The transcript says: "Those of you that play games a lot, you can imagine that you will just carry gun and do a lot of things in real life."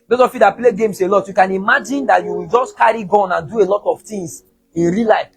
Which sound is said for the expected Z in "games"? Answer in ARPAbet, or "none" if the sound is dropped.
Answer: S